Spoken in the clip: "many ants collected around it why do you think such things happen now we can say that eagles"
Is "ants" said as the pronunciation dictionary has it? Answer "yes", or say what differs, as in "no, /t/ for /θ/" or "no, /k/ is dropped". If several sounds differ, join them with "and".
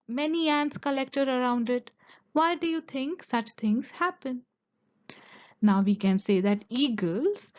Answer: yes